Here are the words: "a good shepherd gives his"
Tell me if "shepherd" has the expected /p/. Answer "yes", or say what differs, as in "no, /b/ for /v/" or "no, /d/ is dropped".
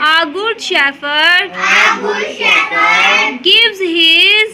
no, /f/ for /p/